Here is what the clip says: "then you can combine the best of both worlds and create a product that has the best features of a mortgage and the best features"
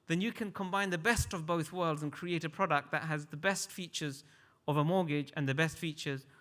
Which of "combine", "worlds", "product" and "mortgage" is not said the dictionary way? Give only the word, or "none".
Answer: none